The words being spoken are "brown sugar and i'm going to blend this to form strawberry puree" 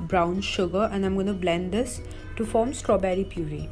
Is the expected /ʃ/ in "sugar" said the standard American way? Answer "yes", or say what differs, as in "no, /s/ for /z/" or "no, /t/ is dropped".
yes